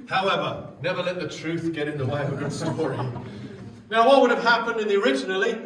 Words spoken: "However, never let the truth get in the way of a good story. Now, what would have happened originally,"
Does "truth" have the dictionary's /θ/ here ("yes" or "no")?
yes